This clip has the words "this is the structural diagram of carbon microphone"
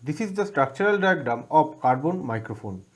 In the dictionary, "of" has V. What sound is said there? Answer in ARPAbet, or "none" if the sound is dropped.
B